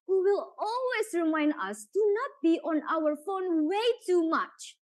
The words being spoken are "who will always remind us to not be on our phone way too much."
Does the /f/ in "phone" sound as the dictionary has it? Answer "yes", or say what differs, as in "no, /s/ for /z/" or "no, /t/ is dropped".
yes